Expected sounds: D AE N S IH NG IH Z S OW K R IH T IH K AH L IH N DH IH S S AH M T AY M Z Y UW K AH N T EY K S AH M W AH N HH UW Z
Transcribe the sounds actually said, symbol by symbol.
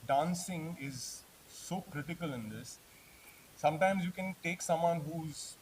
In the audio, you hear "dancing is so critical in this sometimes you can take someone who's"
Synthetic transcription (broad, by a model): D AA N S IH NG IH Z S OW K R IH T IH K AH L IH N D IH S S AH M T AY M Z Y UW K AH N T EY K S AH M W AH N HH UW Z